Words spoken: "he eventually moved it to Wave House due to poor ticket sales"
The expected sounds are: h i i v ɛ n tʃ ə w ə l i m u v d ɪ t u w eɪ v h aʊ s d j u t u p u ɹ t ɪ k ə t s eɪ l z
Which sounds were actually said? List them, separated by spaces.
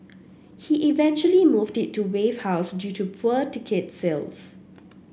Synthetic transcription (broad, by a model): h i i v ɛ n tʃ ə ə l i m u v d ɪ t u w eɪ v h aʊ s d j u t u p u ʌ t ɪ k ə t s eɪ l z